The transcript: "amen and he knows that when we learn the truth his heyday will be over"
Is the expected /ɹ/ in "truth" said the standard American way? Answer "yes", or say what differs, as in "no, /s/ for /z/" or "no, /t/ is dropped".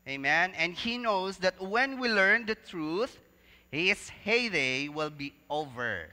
yes